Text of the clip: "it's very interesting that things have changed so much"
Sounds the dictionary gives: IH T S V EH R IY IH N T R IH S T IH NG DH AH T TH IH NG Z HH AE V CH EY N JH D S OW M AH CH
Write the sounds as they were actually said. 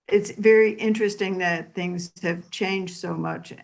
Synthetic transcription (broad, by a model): IH T S V EH R IY IH N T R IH S T IH NG DH AH T TH IH NG Z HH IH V CH EY N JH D S OW M AH CH